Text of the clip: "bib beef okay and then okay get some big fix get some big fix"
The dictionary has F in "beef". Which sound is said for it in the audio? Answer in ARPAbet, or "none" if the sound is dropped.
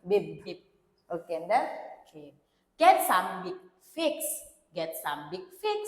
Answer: P